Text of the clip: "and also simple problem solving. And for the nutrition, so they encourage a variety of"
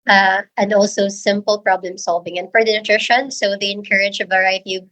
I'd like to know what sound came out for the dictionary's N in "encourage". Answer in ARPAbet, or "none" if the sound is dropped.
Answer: N